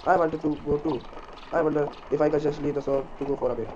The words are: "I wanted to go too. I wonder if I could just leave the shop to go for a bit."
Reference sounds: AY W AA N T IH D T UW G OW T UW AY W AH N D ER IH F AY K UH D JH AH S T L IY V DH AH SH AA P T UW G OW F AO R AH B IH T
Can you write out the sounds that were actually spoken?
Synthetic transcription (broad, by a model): AY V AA N T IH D T UW G OW T UW AY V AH N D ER IH F AY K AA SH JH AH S L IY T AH S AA T UW G OW F AO R AH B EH